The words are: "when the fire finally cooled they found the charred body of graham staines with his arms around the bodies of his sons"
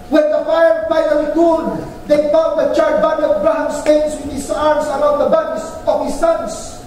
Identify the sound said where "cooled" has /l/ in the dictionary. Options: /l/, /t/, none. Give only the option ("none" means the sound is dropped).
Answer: none